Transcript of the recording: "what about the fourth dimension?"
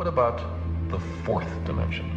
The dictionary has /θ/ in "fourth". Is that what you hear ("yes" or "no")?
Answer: yes